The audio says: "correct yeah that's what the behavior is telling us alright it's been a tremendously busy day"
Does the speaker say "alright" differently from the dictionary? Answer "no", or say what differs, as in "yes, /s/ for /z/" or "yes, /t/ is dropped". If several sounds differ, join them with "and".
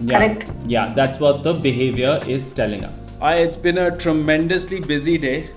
yes, /t/ is dropped